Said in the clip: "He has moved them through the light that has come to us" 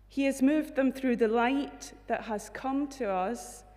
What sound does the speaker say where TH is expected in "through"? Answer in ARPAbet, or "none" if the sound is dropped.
TH